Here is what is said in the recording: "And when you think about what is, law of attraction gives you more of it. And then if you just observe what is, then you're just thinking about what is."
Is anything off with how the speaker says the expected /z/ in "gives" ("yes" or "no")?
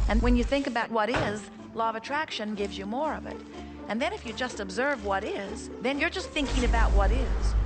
no